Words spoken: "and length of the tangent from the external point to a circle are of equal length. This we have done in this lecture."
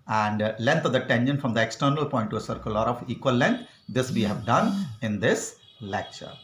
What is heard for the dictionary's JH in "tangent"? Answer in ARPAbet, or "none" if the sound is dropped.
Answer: SH